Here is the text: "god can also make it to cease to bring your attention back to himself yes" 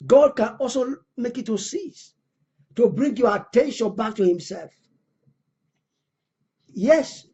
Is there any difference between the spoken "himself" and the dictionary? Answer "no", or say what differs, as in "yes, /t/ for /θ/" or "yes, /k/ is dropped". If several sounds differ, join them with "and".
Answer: no